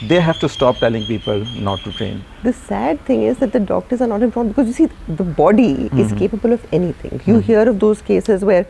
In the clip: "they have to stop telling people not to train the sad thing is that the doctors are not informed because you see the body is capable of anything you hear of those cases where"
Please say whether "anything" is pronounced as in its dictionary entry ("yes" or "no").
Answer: no